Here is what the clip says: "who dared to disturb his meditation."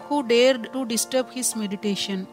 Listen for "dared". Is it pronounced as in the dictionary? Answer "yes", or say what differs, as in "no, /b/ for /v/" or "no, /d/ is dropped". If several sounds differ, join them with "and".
yes